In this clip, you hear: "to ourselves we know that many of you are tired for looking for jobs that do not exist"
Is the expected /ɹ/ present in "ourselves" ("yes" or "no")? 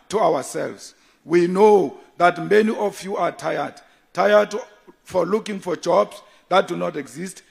no